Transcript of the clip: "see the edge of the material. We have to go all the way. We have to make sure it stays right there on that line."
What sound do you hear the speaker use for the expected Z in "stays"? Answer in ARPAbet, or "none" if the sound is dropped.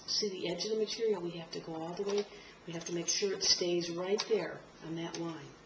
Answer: Z